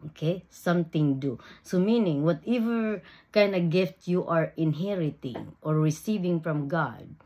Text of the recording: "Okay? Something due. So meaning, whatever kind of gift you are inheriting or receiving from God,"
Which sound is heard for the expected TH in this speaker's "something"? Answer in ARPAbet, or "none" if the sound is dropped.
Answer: T